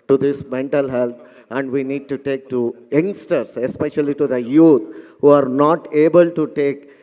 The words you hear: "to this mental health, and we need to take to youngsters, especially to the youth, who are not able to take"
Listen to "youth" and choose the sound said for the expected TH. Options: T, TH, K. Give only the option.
T